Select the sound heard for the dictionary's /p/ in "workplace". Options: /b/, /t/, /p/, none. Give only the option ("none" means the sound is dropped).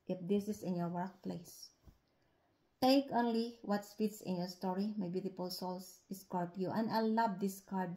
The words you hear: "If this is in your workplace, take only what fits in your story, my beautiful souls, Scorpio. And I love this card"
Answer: /p/